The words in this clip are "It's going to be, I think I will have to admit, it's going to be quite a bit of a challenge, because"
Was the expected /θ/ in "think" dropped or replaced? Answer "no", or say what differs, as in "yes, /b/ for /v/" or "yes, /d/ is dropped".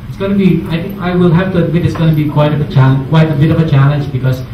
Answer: yes, /t/ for /θ/